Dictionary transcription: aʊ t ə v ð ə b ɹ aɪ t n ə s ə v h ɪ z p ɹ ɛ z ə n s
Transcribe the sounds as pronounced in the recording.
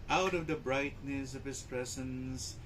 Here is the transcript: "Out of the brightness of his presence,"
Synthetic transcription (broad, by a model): aʊ t ə v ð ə b ɹ aɪ t n ə s ə v h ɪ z p ɹ ɛ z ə n s